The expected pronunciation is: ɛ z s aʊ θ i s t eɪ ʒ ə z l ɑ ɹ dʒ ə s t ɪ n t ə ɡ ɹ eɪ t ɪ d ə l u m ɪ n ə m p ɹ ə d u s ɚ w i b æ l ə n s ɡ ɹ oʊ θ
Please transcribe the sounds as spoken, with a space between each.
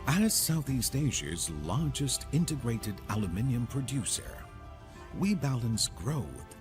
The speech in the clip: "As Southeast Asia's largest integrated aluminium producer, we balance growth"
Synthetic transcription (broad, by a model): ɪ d s aʊ θ i s t eɪ ʒ ə z l ɑ ɹ dʒ ə s t ɪ n t ə ɡ ɹ eɪ t ɪ d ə l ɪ m ɪ n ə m p ɹ ə d u s ɚ w i b æ l ə n s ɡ ɹ oʊ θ